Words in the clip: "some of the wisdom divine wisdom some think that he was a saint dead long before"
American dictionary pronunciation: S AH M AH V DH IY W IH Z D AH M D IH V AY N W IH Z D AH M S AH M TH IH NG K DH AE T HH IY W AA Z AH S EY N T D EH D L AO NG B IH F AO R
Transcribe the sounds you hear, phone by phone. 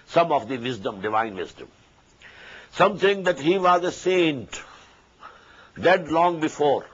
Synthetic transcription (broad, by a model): S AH M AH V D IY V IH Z D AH M D IH V AY N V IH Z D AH M S AH M T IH NG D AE T HH IY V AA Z AH S EY N T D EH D L AO NG B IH F AO R